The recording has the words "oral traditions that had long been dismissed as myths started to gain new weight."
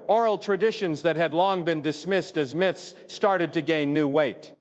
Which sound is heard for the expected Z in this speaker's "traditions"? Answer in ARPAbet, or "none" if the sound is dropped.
Z